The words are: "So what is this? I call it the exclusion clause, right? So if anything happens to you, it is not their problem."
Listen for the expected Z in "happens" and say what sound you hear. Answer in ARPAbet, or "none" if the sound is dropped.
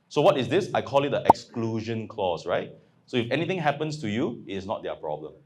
S